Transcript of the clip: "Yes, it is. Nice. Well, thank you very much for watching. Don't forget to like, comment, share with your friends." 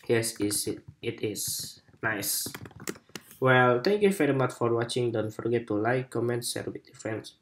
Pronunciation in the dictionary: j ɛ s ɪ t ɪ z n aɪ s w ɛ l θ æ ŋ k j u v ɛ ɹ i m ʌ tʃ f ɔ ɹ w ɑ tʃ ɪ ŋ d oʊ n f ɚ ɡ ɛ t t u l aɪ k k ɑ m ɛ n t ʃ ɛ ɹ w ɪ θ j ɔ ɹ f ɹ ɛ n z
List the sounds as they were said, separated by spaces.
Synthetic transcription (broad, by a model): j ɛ s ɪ t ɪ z n aɪ s w ɛ l t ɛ ŋ k j u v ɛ ɹ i m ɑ tʃ f ɔ ɹ w ɑ tʃ ɪ ŋ d oʊ n f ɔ ɡ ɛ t t u l aɪ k k ɑ m ɛ n t s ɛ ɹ w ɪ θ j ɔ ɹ f ɹ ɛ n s